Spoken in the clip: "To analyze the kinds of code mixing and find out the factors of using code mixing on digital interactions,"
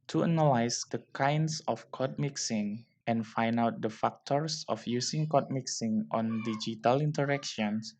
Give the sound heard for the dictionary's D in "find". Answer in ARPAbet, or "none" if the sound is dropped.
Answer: none